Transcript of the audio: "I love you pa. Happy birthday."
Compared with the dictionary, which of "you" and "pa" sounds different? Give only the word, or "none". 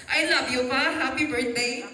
pa